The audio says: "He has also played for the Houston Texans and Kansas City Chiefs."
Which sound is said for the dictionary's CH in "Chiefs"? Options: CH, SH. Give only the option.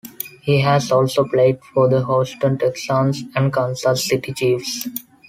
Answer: CH